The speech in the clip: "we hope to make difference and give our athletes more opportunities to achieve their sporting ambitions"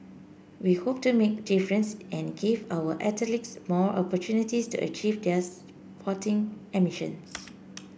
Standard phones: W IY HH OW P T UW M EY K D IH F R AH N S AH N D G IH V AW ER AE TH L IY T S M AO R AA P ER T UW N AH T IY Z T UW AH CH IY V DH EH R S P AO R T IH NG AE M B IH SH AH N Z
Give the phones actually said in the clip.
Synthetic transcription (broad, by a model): W IY HH OW P T UW M EY K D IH F R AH N S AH N G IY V AW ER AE T L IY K S M AO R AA P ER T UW N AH T IY S T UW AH CH IY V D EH S P AO T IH NG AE M IH SH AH N S